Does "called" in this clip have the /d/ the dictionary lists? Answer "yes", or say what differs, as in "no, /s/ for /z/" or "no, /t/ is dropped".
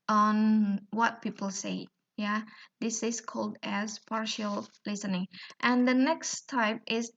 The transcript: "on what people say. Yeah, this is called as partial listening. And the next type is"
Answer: yes